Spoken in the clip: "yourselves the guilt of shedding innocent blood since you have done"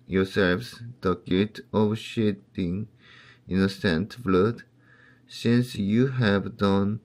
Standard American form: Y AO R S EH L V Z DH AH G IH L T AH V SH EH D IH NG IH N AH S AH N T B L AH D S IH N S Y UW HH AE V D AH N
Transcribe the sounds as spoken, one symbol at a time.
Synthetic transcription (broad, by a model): Y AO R S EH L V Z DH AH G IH T AH V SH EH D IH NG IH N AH S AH N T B L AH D S IH N S Y UW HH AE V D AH N